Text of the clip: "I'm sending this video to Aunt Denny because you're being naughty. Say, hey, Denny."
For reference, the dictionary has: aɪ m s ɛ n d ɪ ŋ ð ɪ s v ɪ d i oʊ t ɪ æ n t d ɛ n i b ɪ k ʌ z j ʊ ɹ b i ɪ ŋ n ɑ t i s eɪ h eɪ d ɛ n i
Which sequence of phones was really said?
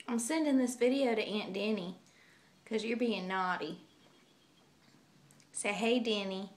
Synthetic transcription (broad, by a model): aɪ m s ɛ n d ɪ ŋ ð ɪ s v ɪ d i oʊ t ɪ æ n d ɛ n i k ʌ z j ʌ ɹ b i ɪ ŋ n ɑ t i s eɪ h eɪ d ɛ n i